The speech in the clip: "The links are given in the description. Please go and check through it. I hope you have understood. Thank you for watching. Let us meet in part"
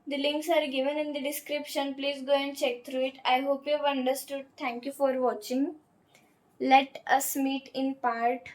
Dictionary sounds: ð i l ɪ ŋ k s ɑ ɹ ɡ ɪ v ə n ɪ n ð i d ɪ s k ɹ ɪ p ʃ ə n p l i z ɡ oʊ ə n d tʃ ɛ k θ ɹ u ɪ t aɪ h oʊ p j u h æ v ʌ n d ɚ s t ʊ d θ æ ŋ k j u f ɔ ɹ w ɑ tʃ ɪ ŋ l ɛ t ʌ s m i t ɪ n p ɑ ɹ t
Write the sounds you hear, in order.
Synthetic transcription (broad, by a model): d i l ɪ ŋ k s ɑ ɹ ɡ ɪ v ə n ɪ n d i d ɪ s k ɹ ɪ p ʃ ə n p l i z ɡ oʊ ə n d tʃ ɛ k t ɹ u ɪ t aɪ h oʊ p j u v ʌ n d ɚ s t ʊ d t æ ŋ k j u f ɔ ɹ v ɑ tʃ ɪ ŋ l ɛ t ʌ s m i t ɪ n p ɑ ɹ t